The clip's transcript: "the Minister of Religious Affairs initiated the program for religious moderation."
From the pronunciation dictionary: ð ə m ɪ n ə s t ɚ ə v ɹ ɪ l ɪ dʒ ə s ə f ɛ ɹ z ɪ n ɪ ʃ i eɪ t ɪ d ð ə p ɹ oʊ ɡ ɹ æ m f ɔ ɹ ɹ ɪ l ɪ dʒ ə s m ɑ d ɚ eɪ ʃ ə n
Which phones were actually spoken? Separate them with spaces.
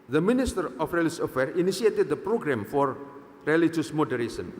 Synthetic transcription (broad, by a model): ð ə m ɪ n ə s t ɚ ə f ɹ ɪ l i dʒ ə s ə f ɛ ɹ ɪ n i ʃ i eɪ t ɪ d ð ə p ɹ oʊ ɡ ɹ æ m f ɔ ɹ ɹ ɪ l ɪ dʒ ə s m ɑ d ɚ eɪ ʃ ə n